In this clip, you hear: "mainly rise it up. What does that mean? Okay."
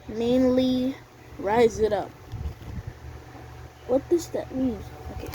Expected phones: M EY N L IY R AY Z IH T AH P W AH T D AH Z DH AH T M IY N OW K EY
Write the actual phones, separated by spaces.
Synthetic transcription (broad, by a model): M EY N L IY R AY Z IH T AH P W AH T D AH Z DH AH T M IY N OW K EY